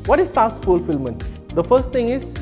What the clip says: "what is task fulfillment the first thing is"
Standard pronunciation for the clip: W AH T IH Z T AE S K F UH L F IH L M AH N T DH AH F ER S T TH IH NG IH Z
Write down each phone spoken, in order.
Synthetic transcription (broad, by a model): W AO T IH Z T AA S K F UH L F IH L M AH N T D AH F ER S T T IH NG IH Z